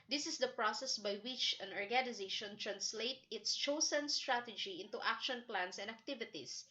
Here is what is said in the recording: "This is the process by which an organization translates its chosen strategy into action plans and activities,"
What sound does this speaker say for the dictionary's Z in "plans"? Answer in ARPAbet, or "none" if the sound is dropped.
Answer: S